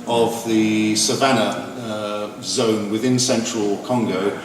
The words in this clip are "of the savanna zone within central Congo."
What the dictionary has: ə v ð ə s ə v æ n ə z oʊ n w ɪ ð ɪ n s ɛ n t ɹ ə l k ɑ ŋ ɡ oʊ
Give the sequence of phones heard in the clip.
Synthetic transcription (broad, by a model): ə v ð ə s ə v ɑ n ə z oʊ n w ɪ ð ɪ n s ɛ n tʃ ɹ ə l k ɑ ŋ ɡ oʊ